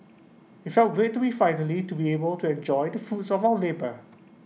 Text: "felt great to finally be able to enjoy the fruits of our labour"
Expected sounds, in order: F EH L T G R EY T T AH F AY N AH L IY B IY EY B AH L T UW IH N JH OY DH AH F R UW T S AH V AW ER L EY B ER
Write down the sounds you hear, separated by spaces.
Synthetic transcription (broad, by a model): F EH L T G R EY T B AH F AY N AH L IY B IY EY B AH L T UW IH N JH OY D AH F UW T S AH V AW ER L EY B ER